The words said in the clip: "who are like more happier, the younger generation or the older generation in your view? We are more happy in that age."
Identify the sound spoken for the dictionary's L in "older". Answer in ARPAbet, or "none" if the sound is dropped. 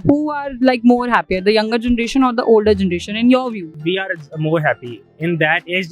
L